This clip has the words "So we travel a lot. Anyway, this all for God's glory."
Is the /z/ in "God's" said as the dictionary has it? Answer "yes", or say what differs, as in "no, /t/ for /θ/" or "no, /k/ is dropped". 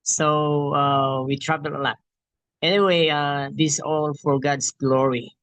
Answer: no, /s/ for /z/